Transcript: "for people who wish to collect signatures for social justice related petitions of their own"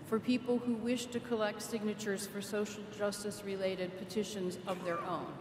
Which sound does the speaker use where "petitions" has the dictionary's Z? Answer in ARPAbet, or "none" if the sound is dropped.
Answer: Z